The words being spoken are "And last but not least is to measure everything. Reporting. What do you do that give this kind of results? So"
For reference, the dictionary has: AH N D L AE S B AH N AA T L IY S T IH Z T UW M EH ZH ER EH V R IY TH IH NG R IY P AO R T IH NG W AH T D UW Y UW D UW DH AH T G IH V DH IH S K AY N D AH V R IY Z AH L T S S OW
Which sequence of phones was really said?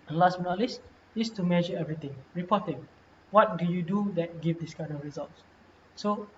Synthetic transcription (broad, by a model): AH L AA S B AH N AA L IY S IH S T UW M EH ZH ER EH V R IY T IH NG R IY P AO T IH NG W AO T D UW Y UW D UW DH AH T G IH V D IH S K AY N D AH F R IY Z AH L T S S OW